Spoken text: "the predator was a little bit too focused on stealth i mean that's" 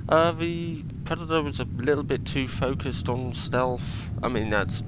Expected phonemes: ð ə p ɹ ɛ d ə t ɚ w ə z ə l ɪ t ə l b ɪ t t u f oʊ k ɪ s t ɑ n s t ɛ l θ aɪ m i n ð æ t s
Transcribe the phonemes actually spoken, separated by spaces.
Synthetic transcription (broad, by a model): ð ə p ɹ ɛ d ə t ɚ w ə z ə l ɪ t l b ɪ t t u f oʊ k ɪ s t n s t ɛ l f aɪ m i n ð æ t s